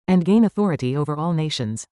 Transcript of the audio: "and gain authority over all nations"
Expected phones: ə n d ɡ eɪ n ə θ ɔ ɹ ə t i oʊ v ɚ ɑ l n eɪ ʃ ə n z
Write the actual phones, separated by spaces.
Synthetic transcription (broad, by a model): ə n ɡ eɪ n ə θ ɔ ɹ ə t i oʊ v ɚ ɑ l n eɪ ʃ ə n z